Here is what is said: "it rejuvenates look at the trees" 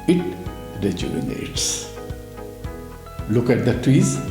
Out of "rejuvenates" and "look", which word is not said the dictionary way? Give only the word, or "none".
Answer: rejuvenates